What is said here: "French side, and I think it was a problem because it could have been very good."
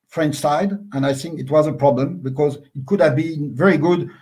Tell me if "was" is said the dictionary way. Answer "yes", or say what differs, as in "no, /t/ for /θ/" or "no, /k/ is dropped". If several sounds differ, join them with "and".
yes